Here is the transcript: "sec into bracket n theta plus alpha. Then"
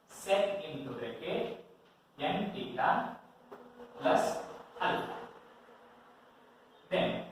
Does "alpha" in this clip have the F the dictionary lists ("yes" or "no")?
no